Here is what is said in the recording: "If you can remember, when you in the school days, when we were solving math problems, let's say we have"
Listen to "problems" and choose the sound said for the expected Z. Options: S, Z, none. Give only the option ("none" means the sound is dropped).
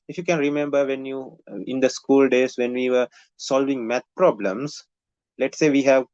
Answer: S